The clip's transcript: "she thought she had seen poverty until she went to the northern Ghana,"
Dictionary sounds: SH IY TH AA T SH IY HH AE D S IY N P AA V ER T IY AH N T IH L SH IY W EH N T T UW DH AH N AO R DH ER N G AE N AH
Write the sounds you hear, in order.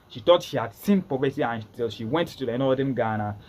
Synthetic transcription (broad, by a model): SH IY T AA T SH IY HH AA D S IY N P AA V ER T IY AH N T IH L SH IY W EH N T T UW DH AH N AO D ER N G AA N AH